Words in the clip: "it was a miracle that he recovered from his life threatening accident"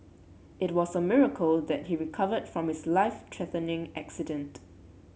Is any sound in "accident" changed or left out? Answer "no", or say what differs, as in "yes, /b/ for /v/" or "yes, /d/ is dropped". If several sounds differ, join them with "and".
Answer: no